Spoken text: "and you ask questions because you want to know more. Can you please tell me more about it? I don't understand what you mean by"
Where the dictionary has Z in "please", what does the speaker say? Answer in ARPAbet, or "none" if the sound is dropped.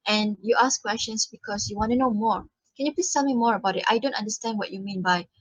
none